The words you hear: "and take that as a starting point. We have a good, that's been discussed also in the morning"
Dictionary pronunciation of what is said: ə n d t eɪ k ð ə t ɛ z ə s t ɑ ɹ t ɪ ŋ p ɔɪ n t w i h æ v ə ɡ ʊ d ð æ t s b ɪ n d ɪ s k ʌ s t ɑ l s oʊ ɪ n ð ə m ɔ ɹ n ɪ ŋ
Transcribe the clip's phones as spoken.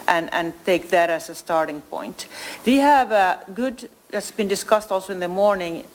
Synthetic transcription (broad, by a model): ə n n t eɪ k ð ə t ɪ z ə s t ɑ ɹ t ɪ ŋ p ɔɪ n t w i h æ v ə ɡ ʊ d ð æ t s b ɪ n d ɪ s k ʌ s t ɑ l s oʊ ɪ n ð ə m ɔ ɹ n ɪ ŋ